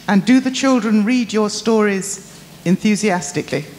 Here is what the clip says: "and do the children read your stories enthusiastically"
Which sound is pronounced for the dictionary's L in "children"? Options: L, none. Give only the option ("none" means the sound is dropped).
L